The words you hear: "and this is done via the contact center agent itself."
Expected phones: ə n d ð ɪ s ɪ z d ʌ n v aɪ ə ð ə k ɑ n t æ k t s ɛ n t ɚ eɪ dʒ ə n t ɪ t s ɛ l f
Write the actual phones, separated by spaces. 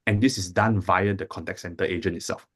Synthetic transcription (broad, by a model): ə n d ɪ s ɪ s d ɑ n v aɪ ə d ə k ɑ n t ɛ k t s ɛ n t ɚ eɪ dʒ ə n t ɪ t s ɛ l f